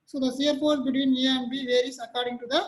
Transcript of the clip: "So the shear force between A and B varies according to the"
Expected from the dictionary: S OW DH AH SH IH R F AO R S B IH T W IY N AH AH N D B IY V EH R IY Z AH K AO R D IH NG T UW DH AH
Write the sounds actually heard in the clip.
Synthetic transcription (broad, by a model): S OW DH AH S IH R P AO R B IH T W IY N AH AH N B IY V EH R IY S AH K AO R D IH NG T UW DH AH